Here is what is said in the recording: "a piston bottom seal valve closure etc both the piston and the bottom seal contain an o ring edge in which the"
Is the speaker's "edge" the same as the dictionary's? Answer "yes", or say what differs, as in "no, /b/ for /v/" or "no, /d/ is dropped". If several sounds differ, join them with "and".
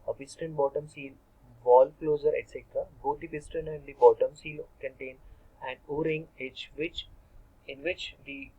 no, /tʃ/ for /dʒ/